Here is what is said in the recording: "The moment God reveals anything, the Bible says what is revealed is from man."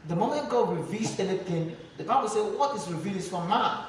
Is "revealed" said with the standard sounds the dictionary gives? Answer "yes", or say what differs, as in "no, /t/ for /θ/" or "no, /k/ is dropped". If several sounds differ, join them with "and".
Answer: no, /d/ is dropped